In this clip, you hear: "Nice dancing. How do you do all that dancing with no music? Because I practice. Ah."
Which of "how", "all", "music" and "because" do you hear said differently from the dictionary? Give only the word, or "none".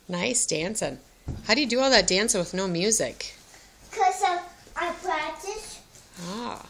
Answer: because